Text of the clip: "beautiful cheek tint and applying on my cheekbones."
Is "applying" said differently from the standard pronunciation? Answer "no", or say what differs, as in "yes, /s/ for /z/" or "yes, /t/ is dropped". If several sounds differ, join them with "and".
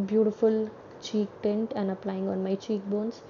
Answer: no